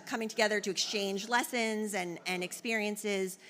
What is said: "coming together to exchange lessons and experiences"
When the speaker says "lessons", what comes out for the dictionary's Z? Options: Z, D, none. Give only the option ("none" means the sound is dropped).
Z